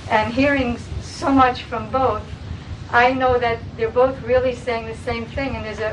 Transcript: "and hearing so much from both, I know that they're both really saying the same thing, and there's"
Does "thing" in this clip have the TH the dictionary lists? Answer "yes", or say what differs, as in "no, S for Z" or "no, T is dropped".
yes